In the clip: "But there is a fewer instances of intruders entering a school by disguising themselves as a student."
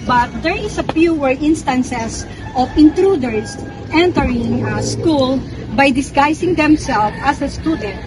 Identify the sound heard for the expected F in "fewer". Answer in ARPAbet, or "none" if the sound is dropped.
P